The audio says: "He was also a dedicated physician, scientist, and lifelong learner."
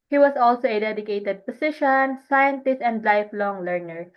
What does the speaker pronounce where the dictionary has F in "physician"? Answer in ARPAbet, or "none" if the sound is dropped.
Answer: P